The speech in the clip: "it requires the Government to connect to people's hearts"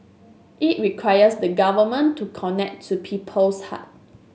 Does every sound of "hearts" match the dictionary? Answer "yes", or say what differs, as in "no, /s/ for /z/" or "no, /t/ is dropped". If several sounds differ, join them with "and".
no, /s/ is dropped